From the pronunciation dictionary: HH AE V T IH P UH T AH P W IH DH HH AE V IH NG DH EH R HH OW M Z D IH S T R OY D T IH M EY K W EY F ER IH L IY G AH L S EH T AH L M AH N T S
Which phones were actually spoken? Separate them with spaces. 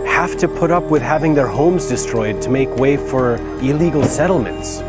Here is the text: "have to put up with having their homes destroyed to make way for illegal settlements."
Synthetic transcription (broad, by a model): HH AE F T IH P UH T AH P W IH DH HH AE V IH NG DH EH R HH OW M Z D IH S T R OY D T IH M EY K W EY F ER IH L IY G L S EH T L M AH N T S